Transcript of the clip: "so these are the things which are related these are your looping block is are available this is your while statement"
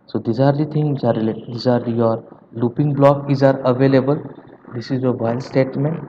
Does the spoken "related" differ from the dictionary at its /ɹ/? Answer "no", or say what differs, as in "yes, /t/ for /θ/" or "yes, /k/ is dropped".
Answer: yes, /l/ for /ɹ/